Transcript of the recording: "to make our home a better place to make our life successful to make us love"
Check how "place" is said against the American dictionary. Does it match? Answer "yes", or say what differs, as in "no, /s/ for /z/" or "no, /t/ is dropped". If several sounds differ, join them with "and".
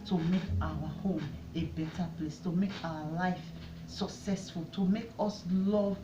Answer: yes